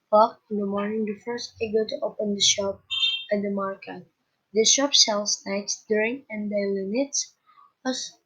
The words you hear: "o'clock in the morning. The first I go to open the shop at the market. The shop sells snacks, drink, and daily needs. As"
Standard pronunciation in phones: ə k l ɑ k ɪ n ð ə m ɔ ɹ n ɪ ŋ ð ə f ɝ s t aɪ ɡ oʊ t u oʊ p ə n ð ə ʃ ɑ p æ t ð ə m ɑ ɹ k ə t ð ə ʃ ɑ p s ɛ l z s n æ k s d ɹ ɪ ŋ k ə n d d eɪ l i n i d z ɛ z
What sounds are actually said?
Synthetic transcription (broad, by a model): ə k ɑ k ɪ n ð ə m ɔ ɹ n ɪ ŋ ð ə f ɝ s t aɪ ɡ oʊ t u oʊ p ə n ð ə ʃ ɑ p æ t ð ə m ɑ ɹ k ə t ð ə ʃ ɑ p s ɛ l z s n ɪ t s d ɹ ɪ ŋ ə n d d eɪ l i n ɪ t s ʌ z